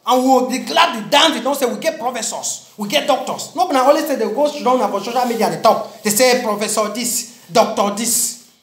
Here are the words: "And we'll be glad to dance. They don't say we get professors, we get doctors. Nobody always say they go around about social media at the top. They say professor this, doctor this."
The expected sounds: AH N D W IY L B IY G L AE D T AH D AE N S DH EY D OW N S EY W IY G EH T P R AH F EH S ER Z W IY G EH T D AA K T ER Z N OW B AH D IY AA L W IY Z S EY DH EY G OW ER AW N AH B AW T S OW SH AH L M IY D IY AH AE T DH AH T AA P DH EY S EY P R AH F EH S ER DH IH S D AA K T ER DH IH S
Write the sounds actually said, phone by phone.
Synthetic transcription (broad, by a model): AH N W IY W B IY G L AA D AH D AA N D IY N S EY W IY G EH T P R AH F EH S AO S W IY G EH T D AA K T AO S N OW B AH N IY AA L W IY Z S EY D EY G OW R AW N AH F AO S OW SH AH L M IY D IY AH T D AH T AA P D EY S EY P R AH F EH S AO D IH S D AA K T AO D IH S